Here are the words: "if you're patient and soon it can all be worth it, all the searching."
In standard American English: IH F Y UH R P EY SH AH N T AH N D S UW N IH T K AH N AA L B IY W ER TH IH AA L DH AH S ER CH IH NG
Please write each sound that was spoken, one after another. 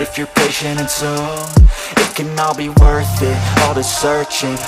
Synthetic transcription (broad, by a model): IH F Y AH R P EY SH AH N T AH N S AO IH T K AH N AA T B IY W ER TH IH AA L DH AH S ER CH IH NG